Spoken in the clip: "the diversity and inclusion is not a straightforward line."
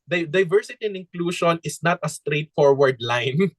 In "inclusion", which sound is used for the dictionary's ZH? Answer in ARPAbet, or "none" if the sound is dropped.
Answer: SH